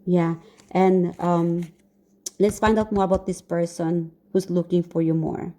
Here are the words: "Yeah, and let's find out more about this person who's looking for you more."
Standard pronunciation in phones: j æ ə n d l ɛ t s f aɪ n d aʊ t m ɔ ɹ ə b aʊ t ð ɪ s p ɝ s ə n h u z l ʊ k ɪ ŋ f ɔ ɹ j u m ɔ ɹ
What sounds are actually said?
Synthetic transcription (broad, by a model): j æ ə n d l ɛ t s f aɪ n d aʊ t m ɔ ɹ ə b aʊ t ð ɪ s p ɝ s ə n h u s l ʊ k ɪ ŋ f ɔ ɹ j u m ɔ ɹ